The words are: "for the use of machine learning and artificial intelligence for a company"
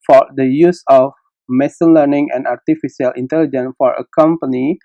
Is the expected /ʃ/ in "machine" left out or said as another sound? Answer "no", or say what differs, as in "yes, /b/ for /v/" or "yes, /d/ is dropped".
yes, /s/ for /ʃ/